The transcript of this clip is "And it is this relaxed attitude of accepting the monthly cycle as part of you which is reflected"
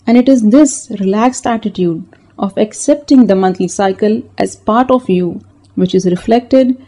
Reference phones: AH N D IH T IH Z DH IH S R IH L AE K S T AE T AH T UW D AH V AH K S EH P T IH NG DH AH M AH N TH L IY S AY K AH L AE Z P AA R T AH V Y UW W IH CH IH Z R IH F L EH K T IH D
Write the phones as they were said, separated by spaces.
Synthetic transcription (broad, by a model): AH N D IH T IH Z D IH S R IH L AE K S T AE T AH T UW D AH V AH K S EH P T IH NG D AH M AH N T L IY S AY K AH L AE Z P AA R T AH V Y UW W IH CH IH Z R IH F L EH K T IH D